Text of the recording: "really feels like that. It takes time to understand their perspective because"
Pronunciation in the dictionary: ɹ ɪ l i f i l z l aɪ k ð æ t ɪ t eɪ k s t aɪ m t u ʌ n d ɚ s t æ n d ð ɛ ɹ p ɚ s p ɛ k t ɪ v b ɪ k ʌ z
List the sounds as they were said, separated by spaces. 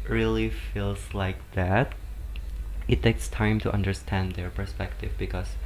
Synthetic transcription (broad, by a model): ɹ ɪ l i f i l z l aɪ k ð æ t ɪ t eɪ k s t aɪ m t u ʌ n d ɚ s t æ n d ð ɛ ɹ p ɚ s p ɛ k t ɪ v b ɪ k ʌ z